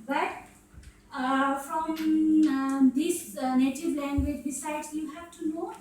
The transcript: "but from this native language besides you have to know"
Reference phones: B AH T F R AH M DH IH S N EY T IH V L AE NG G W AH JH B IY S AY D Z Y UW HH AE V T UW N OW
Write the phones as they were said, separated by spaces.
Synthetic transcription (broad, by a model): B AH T F R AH M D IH S N EY T IH V L AE NG G W AH JH B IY S AY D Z Y UW HH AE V T UW N OW